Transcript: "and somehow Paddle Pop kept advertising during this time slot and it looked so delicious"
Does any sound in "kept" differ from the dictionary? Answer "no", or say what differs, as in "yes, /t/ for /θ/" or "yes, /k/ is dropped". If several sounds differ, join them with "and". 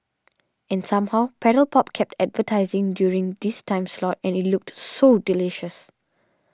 no